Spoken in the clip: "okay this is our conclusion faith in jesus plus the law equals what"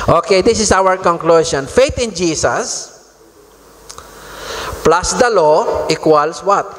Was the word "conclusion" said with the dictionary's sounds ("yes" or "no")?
no